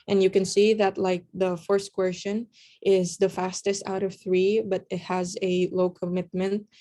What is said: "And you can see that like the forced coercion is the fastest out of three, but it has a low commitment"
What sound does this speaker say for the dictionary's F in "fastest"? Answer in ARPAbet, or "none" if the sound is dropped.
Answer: F